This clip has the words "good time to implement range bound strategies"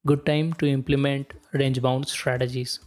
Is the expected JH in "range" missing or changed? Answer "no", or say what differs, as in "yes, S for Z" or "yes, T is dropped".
no